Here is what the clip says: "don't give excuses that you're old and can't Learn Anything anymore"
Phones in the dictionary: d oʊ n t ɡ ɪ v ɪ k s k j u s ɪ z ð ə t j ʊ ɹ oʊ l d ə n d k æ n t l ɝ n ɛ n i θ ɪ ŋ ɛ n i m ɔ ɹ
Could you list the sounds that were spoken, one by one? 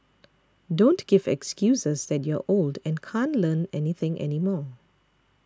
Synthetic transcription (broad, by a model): d oʊ n t ɡ ɪ v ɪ k s k j u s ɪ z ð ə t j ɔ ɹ oʊ l d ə n k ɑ n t l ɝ n ɛ n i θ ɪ ŋ ɛ n i m ɔ